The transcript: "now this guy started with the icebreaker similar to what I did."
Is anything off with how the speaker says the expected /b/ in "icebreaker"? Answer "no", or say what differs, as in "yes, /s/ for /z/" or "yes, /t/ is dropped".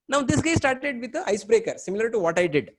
no